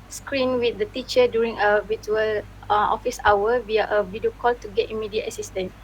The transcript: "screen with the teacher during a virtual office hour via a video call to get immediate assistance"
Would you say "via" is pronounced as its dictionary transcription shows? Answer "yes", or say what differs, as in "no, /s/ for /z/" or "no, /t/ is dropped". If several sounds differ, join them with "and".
no, /w/ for /v/